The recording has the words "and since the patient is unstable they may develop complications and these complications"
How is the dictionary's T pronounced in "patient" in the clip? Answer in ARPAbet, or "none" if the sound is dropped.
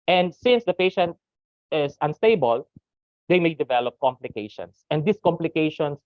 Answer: T